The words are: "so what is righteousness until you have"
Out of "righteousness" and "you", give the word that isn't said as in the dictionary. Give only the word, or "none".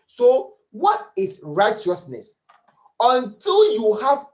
none